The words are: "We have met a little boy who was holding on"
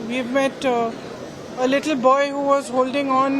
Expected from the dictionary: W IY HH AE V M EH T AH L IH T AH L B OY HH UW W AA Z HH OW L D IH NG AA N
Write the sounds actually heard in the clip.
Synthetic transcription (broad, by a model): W IY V M EH T AH L IH T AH L B OY HH UW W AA Z HH OW L D IH NG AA N